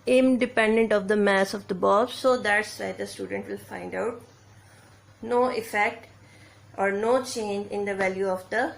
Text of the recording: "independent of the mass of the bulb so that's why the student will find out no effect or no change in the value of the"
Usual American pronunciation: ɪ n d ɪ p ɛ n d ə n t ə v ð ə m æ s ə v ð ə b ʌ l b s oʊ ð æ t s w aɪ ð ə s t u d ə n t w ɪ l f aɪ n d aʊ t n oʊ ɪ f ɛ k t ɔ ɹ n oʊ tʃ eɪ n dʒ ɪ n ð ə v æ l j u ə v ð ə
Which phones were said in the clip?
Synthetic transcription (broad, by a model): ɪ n d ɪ p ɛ n d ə n t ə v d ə m æ s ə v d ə b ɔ b s oʊ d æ t s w aɪ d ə s t u d ə n t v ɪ l f aɪ n d aʊ t n oʊ ɪ f ɛ k t ɔ ɹ n oʊ tʃ eɪ n dʒ ɪ n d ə v æ l j u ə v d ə